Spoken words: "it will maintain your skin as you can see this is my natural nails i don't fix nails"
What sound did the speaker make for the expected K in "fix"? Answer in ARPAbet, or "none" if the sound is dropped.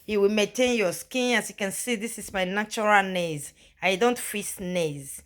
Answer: none